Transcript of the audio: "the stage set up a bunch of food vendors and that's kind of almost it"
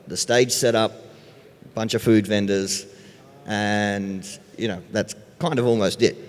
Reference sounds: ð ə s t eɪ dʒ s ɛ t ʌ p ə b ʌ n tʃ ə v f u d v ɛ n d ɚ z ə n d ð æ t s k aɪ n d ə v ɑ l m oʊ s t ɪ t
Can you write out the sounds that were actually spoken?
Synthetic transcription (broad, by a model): ð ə s t eɪ dʒ s ɛ t ʌ p b ʌ n tʃ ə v f u d v ɛ n d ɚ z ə n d ð æ t s k aɪ n d ə v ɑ l m oʊ s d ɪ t